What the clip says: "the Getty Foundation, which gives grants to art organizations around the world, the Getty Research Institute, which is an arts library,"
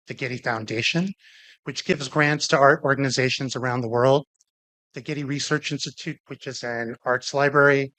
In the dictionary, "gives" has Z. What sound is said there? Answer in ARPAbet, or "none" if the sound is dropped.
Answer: Z